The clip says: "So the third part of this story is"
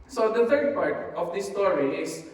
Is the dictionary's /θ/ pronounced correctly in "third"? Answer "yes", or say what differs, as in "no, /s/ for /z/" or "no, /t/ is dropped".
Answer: no, /t/ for /θ/